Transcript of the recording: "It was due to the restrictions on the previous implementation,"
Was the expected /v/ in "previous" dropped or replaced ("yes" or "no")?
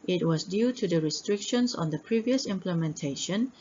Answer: no